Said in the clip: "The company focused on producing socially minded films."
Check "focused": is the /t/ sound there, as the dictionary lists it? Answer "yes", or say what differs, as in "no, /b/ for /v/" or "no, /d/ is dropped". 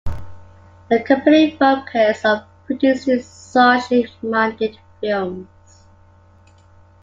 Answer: no, /t/ is dropped